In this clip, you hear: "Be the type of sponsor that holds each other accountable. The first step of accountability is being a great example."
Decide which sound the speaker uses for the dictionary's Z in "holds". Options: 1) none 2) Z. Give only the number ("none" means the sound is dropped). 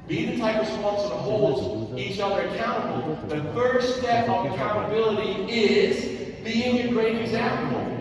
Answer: 1